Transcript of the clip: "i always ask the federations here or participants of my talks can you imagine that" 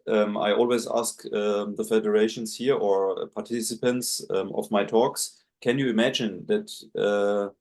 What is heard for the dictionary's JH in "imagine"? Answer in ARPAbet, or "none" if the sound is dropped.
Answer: JH